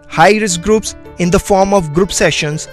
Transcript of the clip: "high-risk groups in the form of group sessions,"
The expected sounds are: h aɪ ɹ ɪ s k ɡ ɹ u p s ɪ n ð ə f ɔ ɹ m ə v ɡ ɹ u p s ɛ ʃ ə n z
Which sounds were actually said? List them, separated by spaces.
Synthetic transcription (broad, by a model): h aɪ ɹ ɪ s ɡ ɹ u p s ɪ n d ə f ɔ ɹ m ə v ɡ ɹ u p s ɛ ʃ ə n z